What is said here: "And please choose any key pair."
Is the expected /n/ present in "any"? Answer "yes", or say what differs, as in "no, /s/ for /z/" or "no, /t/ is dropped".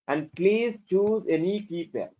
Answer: yes